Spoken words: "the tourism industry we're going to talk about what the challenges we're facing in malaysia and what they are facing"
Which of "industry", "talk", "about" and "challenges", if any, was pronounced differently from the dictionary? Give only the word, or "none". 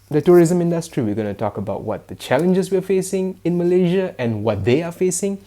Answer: challenges